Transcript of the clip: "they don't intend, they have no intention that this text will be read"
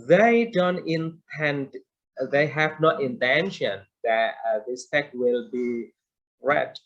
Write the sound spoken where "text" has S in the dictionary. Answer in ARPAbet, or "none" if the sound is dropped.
none